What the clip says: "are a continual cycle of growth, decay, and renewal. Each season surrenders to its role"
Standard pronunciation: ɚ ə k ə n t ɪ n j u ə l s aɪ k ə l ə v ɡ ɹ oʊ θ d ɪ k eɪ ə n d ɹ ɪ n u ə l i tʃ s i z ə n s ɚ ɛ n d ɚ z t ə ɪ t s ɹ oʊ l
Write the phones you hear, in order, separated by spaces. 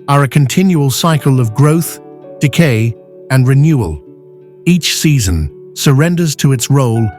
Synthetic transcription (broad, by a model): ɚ ə k ə n t ɪ n j u ə l s aɪ k ə l ə v ɡ ɹ oʊ θ d ɪ k eɪ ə n ɹ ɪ n u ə l i tʃ s i z ə n s ɚ ɛ n d ɚ z t ə ɪ t s ɹ oʊ l